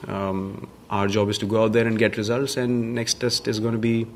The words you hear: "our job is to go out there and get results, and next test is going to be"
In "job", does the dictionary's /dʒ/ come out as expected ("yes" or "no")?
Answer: yes